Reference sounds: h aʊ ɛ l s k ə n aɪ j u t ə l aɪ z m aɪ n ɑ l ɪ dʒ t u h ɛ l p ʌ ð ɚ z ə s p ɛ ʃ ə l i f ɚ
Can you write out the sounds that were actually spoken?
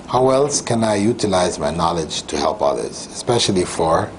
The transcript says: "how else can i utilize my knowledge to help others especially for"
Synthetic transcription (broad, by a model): h aʊ ɛ l s k ə n aɪ j u t ə l aɪ z m aɪ n ɑ l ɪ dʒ t u h ɛ l p ʌ ð ɚ z ə s p ɛ ʃ ə l i f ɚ